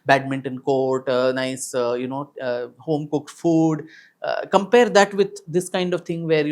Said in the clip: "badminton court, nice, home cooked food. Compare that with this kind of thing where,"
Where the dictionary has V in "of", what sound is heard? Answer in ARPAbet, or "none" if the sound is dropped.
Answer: V